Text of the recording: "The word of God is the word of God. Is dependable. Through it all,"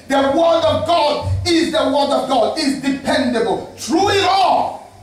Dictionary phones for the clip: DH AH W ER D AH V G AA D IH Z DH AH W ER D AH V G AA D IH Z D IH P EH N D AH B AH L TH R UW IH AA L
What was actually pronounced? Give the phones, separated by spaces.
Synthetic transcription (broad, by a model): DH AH W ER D AH V G AA D IH Z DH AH W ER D AH V G AA D IH Z D IH P EH N D AH B AH L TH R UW IH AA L